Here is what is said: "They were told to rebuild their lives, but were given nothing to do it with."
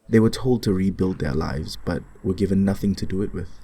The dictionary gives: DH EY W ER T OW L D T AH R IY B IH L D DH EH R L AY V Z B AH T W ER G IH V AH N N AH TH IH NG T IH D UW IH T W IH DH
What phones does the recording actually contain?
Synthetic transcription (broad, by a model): DH EY W ER T OW L D T AH R IY B IH L D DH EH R L AY V Z B AH T W ER G IH V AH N N AH TH IH NG T IH D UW IH T W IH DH